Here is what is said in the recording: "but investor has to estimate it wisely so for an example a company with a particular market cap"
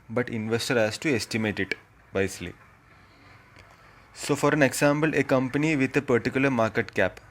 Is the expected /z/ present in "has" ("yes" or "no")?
no